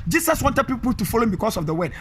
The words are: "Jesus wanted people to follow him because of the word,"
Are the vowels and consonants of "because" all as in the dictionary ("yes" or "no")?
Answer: no